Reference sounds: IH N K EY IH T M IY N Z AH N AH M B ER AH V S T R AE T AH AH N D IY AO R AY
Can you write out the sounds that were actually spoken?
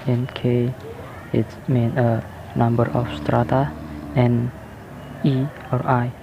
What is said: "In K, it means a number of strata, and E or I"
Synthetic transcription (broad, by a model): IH N K EY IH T M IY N AH N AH M B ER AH F S T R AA T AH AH N IY AO R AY